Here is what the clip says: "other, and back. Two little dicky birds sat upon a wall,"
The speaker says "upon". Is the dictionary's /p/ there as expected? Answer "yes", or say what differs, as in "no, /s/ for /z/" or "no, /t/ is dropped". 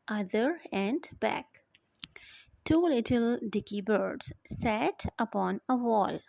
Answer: yes